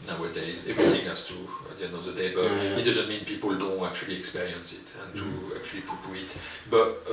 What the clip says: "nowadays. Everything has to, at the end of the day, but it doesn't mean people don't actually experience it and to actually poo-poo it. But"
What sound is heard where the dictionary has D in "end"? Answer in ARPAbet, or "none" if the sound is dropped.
none